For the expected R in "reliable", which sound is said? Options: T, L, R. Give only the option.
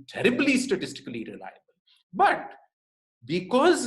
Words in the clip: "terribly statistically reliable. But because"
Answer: R